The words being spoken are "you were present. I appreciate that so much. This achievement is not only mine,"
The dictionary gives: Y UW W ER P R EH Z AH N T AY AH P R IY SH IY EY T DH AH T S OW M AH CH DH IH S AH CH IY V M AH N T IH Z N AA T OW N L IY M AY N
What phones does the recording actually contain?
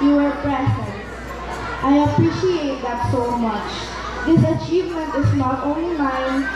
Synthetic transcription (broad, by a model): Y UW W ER B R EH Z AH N T AY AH P R IY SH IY EY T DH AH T S OW M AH CH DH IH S AH CH IY V M AH N T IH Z N AA T OW N L IY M AY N